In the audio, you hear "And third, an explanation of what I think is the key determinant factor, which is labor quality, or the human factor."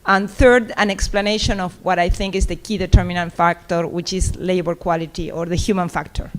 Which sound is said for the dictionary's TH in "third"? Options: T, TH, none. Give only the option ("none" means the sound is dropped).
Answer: TH